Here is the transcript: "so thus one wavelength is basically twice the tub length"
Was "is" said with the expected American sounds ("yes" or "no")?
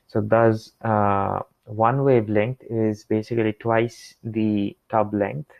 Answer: yes